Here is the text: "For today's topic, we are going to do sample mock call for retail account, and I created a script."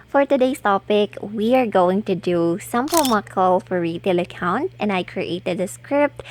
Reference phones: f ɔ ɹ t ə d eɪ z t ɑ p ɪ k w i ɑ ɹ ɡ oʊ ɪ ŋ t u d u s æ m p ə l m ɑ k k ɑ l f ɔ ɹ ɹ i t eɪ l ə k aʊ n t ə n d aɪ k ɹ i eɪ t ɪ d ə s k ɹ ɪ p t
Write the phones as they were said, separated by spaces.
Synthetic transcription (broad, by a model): f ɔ ɹ t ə d eɪ s t ɑ p ɪ k w i ɑ ɹ ɡ oʊ ɪ ŋ t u d u s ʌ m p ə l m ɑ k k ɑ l f ɔ ɹ ɹ i t eɪ l ə k aʊ n t ə n d aɪ k ɹ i eɪ t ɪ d ə s k ɹ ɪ p t